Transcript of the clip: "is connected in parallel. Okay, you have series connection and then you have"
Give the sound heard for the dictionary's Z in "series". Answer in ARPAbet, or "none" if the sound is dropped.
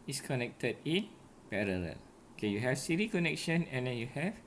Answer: none